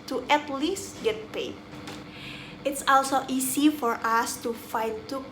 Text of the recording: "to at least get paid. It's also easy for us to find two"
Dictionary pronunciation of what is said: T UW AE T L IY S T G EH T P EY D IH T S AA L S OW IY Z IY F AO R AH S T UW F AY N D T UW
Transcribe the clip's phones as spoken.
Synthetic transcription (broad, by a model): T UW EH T L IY S G EH T P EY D IH T S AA L S OW IY S IY F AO R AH S T UW F AY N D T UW